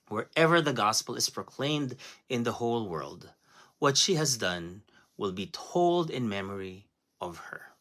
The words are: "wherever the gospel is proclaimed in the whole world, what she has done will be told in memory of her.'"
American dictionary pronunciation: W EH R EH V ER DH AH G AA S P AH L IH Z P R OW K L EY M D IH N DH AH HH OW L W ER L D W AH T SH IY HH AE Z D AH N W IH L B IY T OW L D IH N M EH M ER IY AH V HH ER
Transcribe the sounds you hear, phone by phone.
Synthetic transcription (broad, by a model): W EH R EH V ER DH AH G AA S P AH L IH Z P R OW K L EY M D IH N DH AH HH OW L W ER L D W AH T SH IY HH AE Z D AH N W IH L B IY T OW L D IH N M EH M ER IY AH V HH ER